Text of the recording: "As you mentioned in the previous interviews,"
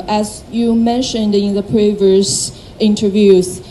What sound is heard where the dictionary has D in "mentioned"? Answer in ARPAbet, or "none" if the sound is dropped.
D